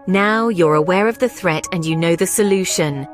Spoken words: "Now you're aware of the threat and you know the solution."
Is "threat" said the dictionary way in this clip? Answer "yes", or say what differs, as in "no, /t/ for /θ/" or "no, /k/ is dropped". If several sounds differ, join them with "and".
yes